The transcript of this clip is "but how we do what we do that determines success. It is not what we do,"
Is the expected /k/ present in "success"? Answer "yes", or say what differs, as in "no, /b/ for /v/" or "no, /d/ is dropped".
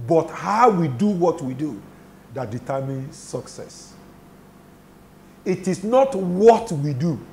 yes